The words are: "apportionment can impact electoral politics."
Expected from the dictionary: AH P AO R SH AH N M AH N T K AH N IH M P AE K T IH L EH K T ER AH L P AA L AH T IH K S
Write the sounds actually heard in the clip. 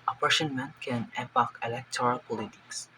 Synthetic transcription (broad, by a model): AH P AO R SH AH N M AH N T K AH N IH P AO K IH L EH K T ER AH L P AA L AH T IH K S